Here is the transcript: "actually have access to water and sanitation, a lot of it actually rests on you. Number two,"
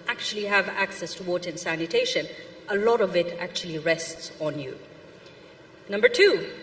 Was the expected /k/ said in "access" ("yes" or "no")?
yes